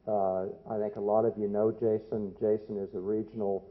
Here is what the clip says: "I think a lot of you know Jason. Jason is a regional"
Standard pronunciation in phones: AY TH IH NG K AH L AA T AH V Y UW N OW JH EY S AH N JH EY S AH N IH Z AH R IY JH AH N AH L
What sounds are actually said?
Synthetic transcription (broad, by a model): AY TH IH NG K AH L AA T AH V Y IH N OW JH EY S AH N JH EY S AH N IH Z AH R IY JH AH N L